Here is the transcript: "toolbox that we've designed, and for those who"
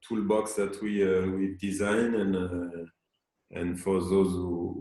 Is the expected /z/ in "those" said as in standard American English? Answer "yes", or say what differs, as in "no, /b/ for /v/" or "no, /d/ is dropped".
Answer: yes